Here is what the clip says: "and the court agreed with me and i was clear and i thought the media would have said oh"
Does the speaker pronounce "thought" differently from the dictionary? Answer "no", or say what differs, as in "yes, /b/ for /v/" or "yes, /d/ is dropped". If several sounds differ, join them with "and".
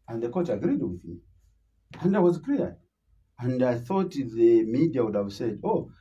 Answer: no